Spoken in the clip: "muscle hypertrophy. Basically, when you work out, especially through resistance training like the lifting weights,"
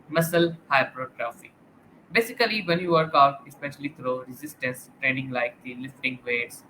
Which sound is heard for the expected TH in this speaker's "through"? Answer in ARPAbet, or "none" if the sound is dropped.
T